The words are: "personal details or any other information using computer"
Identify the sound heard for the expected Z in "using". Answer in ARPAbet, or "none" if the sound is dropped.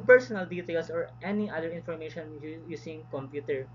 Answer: S